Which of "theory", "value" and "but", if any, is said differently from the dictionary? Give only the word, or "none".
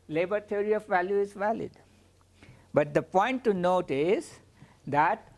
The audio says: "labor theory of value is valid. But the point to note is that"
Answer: theory